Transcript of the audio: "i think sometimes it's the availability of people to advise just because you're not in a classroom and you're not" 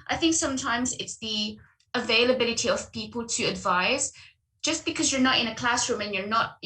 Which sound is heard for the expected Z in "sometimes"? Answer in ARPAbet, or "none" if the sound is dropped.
Z